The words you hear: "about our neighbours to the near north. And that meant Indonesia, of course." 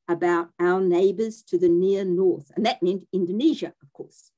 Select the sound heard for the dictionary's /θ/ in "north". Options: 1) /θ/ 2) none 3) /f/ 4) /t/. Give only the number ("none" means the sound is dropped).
1